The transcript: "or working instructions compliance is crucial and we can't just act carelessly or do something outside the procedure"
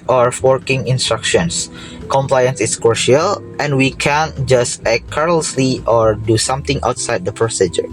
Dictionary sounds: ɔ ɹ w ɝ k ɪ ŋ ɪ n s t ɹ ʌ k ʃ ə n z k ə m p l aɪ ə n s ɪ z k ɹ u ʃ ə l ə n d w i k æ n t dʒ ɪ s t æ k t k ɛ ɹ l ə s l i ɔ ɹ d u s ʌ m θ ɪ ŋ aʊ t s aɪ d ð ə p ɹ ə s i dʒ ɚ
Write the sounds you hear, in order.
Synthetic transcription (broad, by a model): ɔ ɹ w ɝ k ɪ ŋ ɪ n s t ɹ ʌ k ʃ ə n s k ə m p l aɪ ə n s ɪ s k u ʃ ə l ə n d w i k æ n dʒ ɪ s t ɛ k k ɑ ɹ l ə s l i ɔ ɹ d u s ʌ m t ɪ ŋ aʊ t s aɪ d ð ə p ɹ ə s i dʒ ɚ